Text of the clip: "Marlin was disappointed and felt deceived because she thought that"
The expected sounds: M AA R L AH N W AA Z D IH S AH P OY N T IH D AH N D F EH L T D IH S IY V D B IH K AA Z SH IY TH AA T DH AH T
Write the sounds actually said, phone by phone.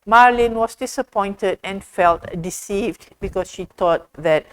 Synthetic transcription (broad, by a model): M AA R L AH N W AA S D IH S AH P OY N T IH D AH N F EH L T D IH S IY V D B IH K AA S SH IY T AA T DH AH T